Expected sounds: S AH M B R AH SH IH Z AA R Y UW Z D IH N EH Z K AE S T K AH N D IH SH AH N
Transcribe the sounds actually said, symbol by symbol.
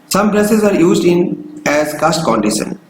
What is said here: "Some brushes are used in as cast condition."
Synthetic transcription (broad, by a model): S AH M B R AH S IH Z AA R Y UW Z D IH N EH Z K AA S T K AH N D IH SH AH N